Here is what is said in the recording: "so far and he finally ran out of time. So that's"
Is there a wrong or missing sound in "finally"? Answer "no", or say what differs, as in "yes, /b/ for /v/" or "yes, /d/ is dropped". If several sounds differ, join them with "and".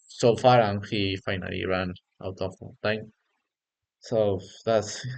no